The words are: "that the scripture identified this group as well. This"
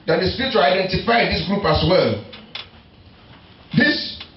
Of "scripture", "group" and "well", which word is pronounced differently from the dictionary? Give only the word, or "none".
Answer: scripture